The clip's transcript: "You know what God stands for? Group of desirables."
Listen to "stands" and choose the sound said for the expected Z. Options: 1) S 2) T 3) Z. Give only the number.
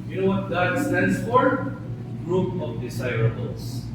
1